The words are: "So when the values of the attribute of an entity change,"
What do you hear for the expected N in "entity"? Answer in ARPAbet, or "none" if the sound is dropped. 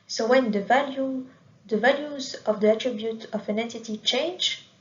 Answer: N